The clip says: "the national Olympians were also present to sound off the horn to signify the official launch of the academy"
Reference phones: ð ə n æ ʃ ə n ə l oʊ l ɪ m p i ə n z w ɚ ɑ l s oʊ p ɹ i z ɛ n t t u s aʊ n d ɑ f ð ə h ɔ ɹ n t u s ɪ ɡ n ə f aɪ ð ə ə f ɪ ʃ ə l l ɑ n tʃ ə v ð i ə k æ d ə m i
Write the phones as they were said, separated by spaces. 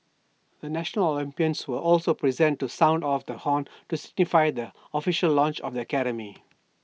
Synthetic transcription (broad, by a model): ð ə n æ ʃ ə n ə l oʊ l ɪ m p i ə n s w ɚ ɑ l s oʊ p ɹ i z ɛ n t t u s aʊ n d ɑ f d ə h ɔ n t u s ɪ ɡ n ə f aɪ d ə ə f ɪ ʃ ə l l ɑ n tʃ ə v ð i ə k æ d ə m i